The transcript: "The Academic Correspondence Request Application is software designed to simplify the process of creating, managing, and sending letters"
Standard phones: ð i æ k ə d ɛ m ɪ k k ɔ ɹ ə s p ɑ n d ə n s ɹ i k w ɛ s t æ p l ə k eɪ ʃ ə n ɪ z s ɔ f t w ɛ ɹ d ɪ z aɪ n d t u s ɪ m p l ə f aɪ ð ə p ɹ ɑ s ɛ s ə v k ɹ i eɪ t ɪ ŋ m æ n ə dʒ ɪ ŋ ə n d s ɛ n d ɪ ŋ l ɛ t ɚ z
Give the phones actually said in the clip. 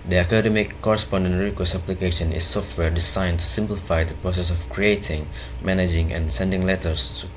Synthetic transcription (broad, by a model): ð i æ k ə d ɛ m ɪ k k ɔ ɹ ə s p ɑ n d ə n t ɹ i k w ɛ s æ p l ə k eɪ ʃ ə n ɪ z s ɔ f t w ɛ ɹ d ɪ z aɪ n t u s ɪ m p l ə f aɪ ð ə p ɹ ɑ s ɛ s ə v k ɹ i eɪ t ɪ ŋ m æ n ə dʒ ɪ ŋ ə n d s ɛ n d ɪ ŋ l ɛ t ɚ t